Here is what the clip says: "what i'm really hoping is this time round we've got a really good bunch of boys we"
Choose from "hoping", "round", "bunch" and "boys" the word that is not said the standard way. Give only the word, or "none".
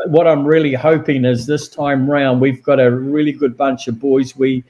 none